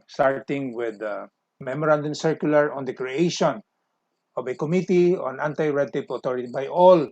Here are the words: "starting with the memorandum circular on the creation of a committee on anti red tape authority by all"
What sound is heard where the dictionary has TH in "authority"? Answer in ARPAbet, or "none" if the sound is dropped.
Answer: T